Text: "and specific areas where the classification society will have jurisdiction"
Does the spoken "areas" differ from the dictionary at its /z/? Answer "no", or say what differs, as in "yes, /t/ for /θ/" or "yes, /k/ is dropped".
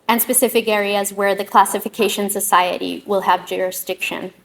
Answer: no